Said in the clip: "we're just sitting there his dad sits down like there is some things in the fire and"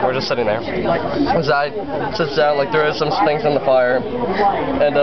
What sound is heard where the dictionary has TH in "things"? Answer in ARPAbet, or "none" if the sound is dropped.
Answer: T